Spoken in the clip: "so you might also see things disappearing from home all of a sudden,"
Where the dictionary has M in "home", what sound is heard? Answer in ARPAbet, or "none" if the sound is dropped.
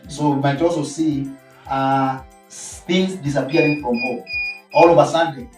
none